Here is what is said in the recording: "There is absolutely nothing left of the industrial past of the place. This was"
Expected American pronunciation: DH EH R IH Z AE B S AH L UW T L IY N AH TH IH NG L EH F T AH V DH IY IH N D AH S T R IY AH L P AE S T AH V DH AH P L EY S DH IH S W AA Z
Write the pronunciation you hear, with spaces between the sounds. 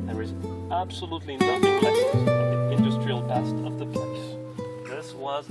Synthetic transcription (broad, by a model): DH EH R IH Z AE B S AH L UW T L IY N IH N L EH T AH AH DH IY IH N D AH S T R IY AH L B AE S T AH V DH AH P L EY S DH IH S W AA Z